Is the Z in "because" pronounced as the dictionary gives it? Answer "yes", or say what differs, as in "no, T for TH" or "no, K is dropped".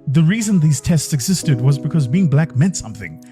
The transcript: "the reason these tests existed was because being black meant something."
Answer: yes